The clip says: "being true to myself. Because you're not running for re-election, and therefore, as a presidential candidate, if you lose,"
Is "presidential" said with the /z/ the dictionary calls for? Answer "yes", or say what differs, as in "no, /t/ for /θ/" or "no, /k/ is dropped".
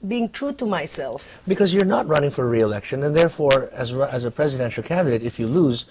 yes